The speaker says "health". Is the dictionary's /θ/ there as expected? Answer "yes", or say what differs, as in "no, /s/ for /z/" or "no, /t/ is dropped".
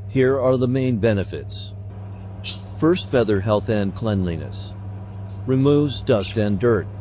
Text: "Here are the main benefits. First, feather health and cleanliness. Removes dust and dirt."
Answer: yes